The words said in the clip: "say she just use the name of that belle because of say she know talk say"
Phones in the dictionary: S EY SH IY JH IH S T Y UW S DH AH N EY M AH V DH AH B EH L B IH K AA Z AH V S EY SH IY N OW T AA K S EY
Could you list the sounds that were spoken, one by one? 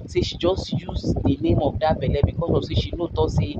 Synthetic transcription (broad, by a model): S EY SH IY JH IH S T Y UW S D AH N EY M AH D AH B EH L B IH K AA S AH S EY SH IY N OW T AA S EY